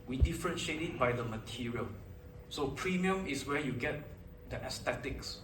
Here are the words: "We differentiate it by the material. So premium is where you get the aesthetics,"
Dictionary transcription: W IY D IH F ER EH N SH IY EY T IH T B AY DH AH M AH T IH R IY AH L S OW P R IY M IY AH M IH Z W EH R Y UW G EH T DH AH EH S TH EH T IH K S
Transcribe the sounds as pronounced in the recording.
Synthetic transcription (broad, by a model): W IY D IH F ER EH N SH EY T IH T B AY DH AH M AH T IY R IY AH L S OW P R IY M IY AH M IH S W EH Y UW G EH T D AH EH S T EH T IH K S